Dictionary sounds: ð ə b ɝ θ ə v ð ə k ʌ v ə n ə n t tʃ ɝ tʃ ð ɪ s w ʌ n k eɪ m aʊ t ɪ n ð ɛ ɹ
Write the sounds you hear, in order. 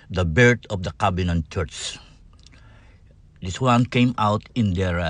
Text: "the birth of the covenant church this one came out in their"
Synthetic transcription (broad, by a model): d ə b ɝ t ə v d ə k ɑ b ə n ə n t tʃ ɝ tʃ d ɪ s w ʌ n k eɪ m aʊ t ɪ n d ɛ ɹ